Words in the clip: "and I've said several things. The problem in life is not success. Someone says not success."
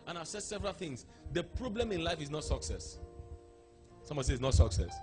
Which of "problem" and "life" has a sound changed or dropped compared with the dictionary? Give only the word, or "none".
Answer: none